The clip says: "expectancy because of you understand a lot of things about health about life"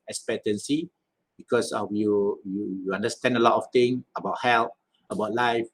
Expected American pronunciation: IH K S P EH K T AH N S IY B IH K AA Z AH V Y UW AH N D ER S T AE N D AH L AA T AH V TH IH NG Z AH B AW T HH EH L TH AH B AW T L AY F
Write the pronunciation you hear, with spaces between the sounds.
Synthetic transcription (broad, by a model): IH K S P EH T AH N S IY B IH K AA S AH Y Y UW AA N D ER S T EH N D AH L AA T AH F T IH NG AH B AW T HH EH L T AH B AW T L AY F